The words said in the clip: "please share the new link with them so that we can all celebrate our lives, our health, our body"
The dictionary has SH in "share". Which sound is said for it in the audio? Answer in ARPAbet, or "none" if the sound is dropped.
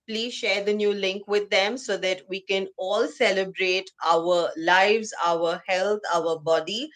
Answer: SH